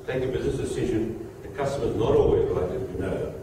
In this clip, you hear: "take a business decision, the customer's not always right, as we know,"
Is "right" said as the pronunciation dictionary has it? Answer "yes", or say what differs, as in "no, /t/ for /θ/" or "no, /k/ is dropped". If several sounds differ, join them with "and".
no, /l/ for /ɹ/